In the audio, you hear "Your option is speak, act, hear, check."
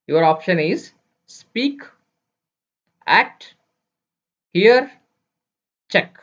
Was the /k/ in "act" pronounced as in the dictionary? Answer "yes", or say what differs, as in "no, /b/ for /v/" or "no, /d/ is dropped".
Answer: no, /k/ is dropped